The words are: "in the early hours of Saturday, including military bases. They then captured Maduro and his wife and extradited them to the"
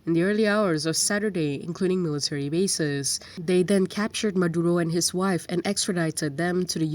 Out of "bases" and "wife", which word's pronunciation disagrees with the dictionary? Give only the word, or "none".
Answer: none